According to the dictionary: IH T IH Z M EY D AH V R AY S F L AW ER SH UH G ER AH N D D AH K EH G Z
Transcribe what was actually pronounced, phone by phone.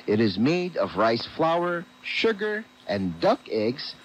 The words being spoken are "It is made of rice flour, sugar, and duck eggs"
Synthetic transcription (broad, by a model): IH T IH Z M EY D AH V R AY S F L AW ER SH UH G ER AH N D D AH K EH G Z